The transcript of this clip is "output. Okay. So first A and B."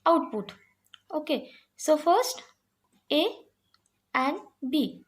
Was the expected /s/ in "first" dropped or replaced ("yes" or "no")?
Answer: no